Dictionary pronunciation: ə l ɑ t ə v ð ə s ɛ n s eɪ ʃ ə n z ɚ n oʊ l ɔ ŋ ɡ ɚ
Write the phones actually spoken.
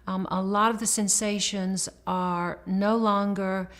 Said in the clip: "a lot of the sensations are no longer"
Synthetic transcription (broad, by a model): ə l ɑ t ə v ð ə s ɛ n s eɪ ʃ ə n z ɚ n oʊ l ɔ ŋ ɡ ɚ